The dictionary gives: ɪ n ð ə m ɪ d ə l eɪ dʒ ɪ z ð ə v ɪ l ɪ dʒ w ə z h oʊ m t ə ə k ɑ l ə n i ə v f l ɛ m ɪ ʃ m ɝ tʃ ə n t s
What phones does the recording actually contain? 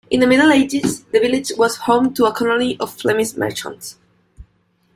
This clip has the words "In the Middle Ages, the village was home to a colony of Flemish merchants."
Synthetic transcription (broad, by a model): ɪ n ð ə m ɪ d l eɪ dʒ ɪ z ð ə v ɪ l ɪ dʒ w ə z h oʊ m t ə ə k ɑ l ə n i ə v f l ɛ m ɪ s m ɝ tʃ ə n t s